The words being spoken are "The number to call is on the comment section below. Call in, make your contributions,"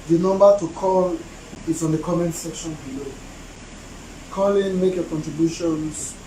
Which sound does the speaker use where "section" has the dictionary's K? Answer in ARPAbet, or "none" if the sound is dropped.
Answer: K